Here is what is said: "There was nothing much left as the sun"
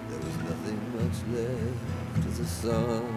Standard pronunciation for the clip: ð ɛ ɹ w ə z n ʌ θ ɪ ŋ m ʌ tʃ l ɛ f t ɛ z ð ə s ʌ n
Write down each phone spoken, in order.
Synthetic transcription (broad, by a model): ð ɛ ɹ w ə z n ʌ θ ɪ ŋ m ʌ tʃ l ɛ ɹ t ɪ ð ə s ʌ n